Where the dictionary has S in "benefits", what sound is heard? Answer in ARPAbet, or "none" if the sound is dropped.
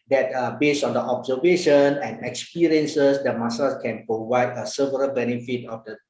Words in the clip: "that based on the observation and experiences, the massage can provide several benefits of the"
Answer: none